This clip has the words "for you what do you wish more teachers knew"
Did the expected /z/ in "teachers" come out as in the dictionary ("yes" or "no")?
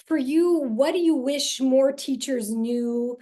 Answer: yes